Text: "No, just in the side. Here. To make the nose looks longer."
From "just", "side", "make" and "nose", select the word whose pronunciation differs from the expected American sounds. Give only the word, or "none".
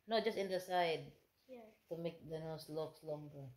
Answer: nose